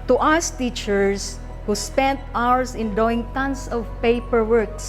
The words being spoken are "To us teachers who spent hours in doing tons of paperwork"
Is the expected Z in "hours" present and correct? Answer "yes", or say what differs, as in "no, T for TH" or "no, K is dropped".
no, S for Z